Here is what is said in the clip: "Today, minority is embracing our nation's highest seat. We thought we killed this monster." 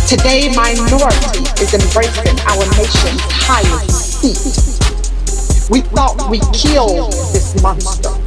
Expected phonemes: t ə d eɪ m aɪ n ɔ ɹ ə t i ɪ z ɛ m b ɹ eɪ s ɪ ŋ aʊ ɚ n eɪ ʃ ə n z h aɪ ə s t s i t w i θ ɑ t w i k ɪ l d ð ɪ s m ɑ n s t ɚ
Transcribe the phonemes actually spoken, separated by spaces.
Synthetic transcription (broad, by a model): t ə d eɪ m aɪ n ɔ ɹ ə t i ɪ z ɛ m b ɹ eɪ s ɪ ŋ aʊ ɚ n eɪ ʃ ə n h aɪ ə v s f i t w i θ ɑ t w i k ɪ l ð ɪ s m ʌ n s t ɚ